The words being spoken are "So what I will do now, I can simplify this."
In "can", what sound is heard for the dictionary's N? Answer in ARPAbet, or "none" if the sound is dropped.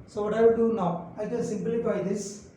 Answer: L